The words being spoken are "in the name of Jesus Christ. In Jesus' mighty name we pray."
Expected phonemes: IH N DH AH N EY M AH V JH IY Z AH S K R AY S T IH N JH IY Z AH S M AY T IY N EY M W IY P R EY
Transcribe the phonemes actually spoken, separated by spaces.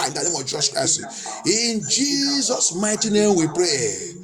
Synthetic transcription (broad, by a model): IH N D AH N EY M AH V JH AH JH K AY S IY IH N JH IY Z AH S M AY T IY N EY M W IY P R EY